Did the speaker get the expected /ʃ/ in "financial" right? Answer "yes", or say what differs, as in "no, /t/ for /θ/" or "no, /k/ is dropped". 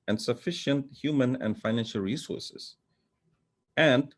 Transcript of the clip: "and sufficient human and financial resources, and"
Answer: yes